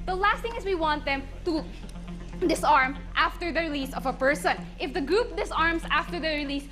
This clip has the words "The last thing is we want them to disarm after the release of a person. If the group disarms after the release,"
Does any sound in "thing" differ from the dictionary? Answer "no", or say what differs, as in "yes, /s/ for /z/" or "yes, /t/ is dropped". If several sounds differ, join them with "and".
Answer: yes, /t/ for /θ/